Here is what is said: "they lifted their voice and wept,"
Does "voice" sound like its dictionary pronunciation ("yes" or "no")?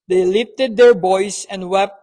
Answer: no